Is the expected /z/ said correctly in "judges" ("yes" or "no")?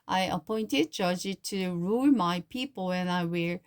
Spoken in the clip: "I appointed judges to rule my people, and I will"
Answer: no